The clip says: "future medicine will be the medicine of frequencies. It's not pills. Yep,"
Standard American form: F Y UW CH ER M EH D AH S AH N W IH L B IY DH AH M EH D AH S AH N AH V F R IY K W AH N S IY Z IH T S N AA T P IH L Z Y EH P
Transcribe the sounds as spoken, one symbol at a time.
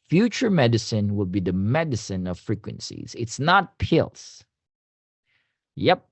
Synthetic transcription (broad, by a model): F Y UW CH ER M EH D AH S AH N W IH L B IY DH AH M EH D AH S AH N AH V F R IY K W AH N S IY Z IH T S N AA T P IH L S Y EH P